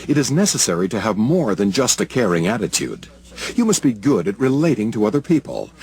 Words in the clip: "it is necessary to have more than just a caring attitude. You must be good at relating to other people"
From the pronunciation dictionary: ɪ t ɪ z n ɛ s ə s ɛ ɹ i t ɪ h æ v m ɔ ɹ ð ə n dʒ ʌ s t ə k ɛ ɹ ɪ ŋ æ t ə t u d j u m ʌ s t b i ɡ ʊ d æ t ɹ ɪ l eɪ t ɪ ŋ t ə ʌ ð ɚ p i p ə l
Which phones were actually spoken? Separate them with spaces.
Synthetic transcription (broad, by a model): ɪ t ɪ z n ɛ s ə s ɛ ɹ i t ɪ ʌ v m ɔ ɹ ð ə n dʒ ʌ s t ə k ɛ ɹ ɪ ŋ æ t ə t u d j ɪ m ʌ s t b i ɡ ʊ d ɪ t ɹ ɪ l eɪ t ɪ ŋ t ə ʌ ð ɚ p i p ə l